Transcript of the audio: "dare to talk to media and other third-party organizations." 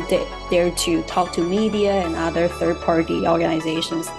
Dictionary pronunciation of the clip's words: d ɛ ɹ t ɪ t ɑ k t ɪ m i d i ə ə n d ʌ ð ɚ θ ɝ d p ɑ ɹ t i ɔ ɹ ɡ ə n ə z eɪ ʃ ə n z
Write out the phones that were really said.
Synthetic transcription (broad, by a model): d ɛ ɹ t ɪ t ɑ k t ɪ m i d i ə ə n ʌ ð ɚ θ ɝ d p ɑ ɹ t i ɔ ɹ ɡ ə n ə z eɪ ʃ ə n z